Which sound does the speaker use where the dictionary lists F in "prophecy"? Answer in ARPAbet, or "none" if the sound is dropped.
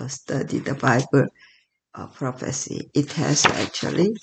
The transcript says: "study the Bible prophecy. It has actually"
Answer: F